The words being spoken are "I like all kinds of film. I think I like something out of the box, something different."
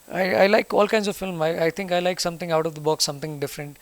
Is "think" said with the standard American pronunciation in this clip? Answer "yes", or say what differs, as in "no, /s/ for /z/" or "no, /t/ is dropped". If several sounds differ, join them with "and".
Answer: no, /t/ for /θ/